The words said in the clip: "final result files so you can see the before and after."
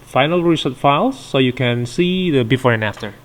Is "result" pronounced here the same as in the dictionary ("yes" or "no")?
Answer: no